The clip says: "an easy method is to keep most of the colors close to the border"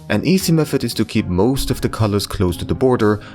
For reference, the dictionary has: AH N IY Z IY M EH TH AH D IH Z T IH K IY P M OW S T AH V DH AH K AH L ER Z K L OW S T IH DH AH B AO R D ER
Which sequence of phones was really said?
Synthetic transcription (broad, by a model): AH N IY Z IY M EH F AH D IH Z T IH K IY P M OW S T AH V DH AH K AH L ER Z K L OW S T IH DH AH B AO R D ER